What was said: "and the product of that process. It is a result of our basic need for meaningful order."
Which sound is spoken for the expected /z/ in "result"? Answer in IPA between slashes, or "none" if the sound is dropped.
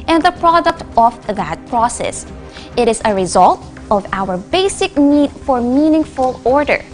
/z/